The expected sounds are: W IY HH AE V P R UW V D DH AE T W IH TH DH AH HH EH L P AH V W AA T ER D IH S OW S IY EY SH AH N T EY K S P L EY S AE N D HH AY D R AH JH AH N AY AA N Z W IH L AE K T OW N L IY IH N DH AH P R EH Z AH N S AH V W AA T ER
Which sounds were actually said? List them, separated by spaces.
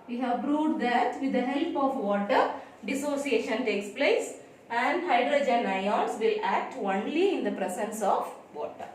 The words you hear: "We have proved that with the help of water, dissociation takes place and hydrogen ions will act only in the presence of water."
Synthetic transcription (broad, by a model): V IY HH AE V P R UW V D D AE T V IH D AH HH EH L P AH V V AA T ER D IH S OW S IY EY SH AH N T EY K S P L EY S AE N D HH AY D R AH JH AH N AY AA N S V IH L AE K T OW N L IY IH N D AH P R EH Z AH N S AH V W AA T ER